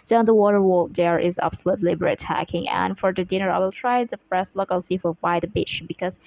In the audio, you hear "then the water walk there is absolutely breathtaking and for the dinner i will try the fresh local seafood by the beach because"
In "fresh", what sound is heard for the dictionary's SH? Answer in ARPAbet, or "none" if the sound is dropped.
S